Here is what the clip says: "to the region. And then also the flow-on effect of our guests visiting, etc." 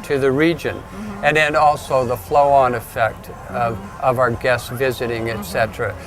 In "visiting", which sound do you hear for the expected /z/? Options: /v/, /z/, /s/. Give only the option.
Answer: /z/